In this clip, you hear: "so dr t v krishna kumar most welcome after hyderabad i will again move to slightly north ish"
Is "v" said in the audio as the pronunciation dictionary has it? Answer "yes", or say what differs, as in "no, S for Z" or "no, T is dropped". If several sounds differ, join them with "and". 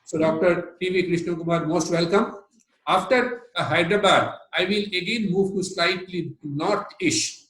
yes